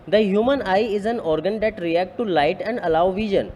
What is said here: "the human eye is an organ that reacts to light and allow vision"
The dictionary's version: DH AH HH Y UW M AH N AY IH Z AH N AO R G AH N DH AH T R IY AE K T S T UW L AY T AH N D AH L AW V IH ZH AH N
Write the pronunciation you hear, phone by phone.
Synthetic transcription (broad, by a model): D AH HH Y UW M AH N AY IH Z AH N AO R G AH N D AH T R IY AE K T T UW L AY T AH N D AH L AW V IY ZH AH N